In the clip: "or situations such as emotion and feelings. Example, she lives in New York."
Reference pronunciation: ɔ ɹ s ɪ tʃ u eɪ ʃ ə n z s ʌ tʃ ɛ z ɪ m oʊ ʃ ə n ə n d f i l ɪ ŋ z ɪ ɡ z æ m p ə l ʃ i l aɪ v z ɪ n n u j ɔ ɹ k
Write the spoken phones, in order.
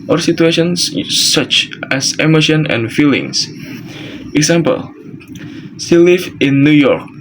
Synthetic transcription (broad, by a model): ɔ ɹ s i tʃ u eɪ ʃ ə n s ʌ tʃ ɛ s ɪ m oʊ ʃ ə n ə n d f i l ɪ ŋ s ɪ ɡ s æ m p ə l s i l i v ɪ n n u j ɔ ɹ k